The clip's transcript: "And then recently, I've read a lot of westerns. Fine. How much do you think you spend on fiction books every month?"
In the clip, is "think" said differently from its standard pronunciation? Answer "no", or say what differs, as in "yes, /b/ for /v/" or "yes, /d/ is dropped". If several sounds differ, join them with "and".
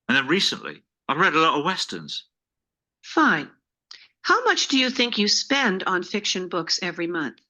no